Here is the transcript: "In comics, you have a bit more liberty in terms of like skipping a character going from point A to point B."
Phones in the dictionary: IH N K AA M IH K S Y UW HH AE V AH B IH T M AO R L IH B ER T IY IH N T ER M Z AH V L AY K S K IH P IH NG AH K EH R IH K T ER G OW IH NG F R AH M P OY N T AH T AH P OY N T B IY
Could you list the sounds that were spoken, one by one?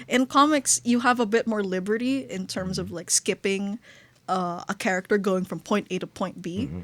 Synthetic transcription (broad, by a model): IH N K AA M IH K S Y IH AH V AH B IH T M AO R L IH B ER T IY IH N T ER M Z AH V L AY K S K IH P IH NG AH K EH R IH K T ER G OW IH NG F R AH M P OY N T AH T AH P OY N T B IY